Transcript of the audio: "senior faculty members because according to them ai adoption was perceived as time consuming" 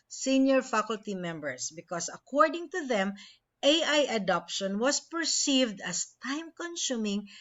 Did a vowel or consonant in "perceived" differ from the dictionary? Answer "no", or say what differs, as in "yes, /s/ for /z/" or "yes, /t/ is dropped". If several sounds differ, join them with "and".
no